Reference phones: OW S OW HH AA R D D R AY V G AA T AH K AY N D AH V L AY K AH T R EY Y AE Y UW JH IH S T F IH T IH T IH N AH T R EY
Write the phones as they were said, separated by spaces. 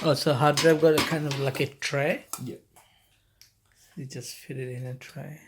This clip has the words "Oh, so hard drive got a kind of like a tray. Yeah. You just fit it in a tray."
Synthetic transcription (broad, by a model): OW S OW HH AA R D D R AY B G AA T K AY N D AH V L AY K AH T R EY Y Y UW JH IH S T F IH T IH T IH N AH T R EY